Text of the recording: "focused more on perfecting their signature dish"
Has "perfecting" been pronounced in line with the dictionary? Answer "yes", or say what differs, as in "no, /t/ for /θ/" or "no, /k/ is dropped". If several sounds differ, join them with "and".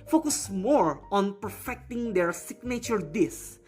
yes